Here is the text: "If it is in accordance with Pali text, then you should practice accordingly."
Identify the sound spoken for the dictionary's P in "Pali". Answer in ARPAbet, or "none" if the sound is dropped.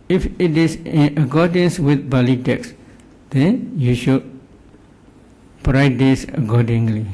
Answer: B